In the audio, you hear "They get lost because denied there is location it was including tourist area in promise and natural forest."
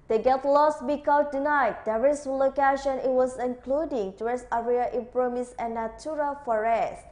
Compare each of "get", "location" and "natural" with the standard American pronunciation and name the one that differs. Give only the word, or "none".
natural